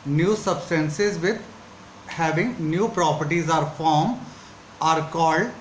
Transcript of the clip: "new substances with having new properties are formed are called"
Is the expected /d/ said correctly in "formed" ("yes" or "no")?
no